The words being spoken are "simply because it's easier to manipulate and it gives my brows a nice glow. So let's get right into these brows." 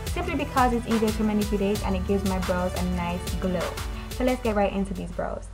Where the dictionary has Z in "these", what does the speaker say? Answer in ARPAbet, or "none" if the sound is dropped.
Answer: Z